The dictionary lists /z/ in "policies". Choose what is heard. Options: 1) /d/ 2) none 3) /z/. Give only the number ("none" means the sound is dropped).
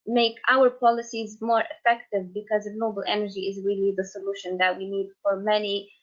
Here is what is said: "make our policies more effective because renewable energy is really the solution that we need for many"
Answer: 3